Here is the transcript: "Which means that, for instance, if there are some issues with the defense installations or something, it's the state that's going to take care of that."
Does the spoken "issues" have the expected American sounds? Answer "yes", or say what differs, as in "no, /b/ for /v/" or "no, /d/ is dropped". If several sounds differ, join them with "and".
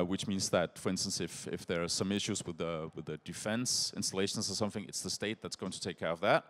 yes